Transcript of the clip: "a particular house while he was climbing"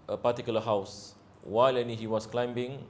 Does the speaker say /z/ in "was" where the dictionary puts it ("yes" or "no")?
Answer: no